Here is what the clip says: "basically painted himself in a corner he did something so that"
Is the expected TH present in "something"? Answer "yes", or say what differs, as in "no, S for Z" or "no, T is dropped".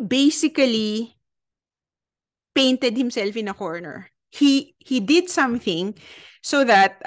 yes